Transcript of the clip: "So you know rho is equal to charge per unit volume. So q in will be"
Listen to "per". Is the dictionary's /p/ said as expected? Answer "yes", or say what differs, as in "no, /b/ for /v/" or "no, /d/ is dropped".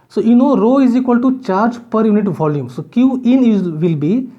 yes